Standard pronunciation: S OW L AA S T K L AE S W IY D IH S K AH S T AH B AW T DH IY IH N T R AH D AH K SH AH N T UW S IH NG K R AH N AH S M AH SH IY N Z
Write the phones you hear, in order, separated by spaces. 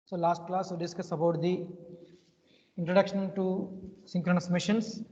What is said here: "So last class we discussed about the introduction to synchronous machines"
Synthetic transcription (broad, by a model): S OW L AA S T K L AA S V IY D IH S K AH S AH B AW T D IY IH N T R AH D AH K SH AH N T UW S IH NG K R AH N AH S M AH SH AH N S